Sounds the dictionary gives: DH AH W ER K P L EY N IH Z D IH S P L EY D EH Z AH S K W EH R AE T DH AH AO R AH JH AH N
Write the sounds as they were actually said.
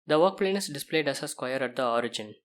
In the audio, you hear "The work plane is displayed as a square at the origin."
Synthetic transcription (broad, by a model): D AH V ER K P L EY N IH S D IH S P L EY D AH S AH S K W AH R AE T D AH AO R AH JH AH N